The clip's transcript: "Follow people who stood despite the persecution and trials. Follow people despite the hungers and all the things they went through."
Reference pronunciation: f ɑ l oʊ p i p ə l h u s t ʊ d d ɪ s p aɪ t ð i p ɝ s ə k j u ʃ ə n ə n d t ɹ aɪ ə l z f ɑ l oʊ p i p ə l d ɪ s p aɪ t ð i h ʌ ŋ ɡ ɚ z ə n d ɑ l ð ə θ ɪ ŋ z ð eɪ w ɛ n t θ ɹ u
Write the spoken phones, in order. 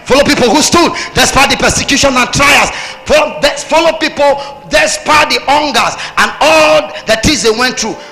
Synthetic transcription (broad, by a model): f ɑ l oʊ p i p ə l h u s t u d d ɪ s p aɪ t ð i p ɝ s ə k j u ʃ ə n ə n t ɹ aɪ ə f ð f ɑ l oʊ p i p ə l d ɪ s p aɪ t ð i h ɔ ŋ ɡ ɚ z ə n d ɑ l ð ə t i z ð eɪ w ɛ n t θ ɹ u